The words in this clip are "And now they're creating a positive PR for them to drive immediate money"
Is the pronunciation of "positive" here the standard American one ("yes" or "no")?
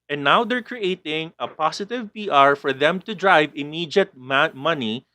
no